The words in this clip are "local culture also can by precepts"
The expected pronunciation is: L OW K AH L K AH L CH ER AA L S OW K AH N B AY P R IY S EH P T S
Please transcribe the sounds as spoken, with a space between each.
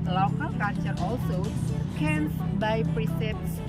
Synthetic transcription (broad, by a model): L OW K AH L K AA CH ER AA L S OW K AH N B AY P R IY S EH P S